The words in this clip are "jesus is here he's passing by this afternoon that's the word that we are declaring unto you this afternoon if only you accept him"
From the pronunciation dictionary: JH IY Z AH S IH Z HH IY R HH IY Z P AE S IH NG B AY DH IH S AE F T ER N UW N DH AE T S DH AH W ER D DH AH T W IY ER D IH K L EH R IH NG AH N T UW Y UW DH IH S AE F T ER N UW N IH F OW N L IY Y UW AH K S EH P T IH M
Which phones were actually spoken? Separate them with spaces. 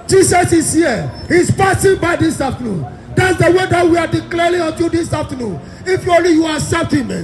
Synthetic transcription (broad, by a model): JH IY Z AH S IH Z HH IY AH HH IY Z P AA S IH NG B AY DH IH S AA F T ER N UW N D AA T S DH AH W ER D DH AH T W IY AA D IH K L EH R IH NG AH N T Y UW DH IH S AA F T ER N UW N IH F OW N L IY Y UW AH S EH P T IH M